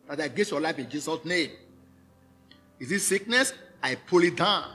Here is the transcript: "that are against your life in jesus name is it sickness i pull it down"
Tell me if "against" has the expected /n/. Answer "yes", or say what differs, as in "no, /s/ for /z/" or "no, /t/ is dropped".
no, /n/ is dropped